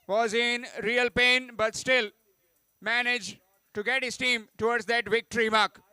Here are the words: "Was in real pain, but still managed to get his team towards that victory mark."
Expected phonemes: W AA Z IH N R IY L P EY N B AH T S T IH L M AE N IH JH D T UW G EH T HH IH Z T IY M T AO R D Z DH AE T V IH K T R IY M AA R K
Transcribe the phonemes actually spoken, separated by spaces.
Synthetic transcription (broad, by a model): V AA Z IH N R IY L P EY N B AH T S T IH L M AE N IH JH T UW G EH T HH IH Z T IY M T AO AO D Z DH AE T V IH K T R IY M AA R K